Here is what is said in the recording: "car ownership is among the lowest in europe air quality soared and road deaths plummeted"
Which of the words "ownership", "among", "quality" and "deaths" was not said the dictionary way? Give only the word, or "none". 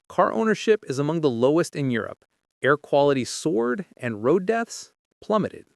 none